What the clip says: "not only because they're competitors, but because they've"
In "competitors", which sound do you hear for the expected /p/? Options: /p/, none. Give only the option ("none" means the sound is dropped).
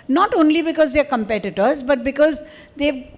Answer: /p/